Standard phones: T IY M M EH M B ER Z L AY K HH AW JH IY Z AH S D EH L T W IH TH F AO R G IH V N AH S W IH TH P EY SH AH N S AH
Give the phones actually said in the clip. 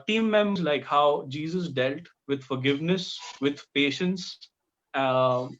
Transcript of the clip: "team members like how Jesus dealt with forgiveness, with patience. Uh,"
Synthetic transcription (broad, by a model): T IY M M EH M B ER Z L AY K HH AW JH IY Z AH S D EH L T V IH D F AO R G IH V N AH S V IH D P EY SH AH N S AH